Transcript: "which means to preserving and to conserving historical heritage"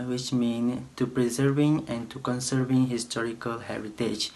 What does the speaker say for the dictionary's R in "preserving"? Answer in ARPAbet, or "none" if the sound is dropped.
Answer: R